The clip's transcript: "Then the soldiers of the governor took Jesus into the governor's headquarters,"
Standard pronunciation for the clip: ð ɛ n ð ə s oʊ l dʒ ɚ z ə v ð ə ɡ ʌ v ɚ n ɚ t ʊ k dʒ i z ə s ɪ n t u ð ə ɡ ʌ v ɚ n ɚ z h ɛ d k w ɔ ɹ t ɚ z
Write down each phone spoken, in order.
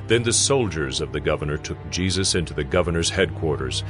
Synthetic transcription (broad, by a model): ð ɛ n ð ə s oʊ l dʒ ɚ z ə v ð ə ɡ ʌ v ɚ n ɚ t ʊ k dʒ i z ə s ɪ n t u ð ə ɡ ʌ v ɚ n ɚ z h ɛ d k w ɔ ɹ t ɚ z